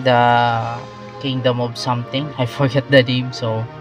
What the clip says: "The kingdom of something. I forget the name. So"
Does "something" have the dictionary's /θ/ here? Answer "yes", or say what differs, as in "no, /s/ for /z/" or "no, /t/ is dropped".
no, /t/ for /θ/